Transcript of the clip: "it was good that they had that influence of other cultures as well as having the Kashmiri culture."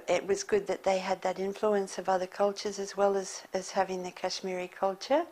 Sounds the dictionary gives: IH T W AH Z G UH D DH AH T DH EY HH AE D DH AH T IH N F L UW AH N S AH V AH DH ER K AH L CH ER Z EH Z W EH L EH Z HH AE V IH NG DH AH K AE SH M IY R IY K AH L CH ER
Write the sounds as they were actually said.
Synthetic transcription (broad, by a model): IH T W AH Z G UH D DH AH T DH EY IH D DH AH T IH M F L UW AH N S AH V AH DH ER K AH L CH ER Z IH Z W EH L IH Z HH AE V IH NG DH AH K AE SH M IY R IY K AH L CH ER